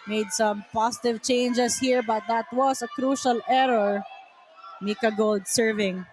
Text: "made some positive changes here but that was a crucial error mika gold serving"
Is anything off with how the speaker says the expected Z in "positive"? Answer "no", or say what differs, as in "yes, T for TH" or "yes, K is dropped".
yes, S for Z